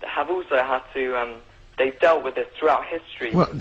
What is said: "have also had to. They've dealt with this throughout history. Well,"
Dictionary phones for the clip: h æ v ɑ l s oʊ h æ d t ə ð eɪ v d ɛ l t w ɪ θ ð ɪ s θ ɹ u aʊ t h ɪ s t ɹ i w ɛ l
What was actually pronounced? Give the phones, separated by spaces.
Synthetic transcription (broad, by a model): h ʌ v ɑ l s oʊ h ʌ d t ə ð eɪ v d ɛ l t w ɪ ð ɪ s θ ɹ u aʊ t h ɪ s t ɹ i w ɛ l